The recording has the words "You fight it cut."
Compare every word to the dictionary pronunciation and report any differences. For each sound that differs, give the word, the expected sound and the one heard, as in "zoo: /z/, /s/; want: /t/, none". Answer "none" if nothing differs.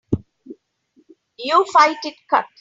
none